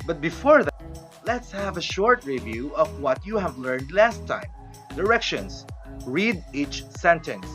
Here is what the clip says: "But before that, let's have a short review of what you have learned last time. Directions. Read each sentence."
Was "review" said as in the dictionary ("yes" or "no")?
yes